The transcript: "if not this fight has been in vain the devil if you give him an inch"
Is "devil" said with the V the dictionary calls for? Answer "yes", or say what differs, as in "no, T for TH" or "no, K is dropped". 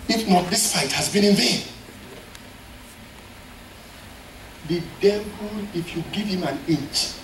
no, P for V